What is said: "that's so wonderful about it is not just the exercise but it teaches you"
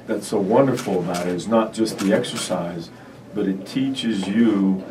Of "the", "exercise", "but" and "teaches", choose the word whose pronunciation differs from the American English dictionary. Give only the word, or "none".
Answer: none